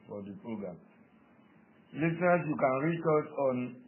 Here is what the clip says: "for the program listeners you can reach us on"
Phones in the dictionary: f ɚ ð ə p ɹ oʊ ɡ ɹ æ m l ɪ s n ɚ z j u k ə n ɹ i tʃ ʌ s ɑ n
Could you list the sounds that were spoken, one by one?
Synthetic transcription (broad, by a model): f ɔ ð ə p ɹ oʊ ɡ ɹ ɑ m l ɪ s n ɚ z j u k ə n ɹ i tʃ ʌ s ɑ n